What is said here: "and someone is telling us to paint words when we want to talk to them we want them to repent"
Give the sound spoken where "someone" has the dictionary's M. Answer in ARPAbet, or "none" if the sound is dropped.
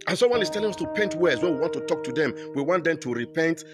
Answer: none